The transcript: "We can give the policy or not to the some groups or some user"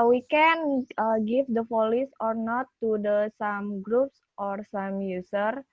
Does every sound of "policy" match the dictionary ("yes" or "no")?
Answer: no